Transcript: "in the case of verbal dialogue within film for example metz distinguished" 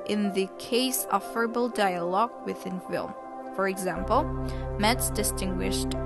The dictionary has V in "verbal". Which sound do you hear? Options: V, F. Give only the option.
F